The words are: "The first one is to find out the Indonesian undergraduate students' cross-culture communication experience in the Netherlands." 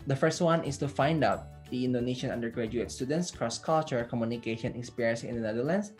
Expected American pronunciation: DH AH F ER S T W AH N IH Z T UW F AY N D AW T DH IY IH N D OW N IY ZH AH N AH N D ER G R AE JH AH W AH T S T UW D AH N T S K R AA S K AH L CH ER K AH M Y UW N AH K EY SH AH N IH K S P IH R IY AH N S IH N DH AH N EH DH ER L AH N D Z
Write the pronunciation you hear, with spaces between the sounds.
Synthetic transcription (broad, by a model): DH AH F ER S T W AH N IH S T UW F AY N D AW T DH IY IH N D OW N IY SH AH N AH N D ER G R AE JH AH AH T S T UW D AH N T S K R AA S K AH L CH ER K AH M Y UW N AH K EY SH AH N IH K S P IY R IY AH N S IH N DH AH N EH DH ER L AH N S